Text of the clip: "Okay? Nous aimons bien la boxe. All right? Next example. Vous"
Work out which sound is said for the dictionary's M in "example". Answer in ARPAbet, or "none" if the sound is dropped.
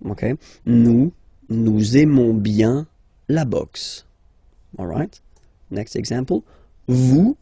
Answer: none